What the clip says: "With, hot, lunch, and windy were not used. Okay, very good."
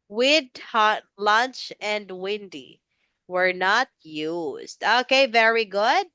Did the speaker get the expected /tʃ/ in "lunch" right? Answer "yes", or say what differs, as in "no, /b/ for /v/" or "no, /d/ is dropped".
yes